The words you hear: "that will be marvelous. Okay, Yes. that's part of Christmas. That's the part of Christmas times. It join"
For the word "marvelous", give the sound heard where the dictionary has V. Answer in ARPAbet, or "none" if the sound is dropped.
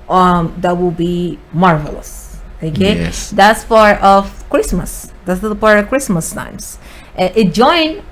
V